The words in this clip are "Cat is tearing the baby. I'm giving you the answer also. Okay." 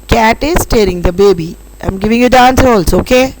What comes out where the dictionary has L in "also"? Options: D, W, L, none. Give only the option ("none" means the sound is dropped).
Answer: L